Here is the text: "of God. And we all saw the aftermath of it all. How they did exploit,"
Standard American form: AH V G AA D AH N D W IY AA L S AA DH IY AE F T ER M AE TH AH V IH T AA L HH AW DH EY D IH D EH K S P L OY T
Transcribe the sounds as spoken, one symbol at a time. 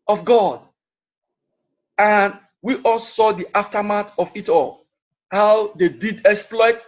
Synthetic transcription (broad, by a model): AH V G AA D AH N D W IY AA L S AA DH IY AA F T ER M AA T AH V IH T AA L HH AW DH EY D IH D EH K S P L OY T